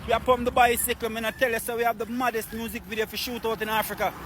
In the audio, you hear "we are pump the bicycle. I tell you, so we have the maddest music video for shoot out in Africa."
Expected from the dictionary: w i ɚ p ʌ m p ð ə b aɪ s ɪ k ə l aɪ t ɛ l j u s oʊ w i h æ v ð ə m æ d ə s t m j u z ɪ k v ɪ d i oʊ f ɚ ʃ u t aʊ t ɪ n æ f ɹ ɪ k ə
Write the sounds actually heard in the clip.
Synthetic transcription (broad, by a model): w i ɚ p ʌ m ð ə b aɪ s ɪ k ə n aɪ t ɛ l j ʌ s oʊ w i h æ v ð ə m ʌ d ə s t m j u z ɪ k v ɪ d i oʊ f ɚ ʃ u t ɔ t ɪ n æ f ɹ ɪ k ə